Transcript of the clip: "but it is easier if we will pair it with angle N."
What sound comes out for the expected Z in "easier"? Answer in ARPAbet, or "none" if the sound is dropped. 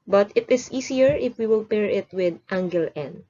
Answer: S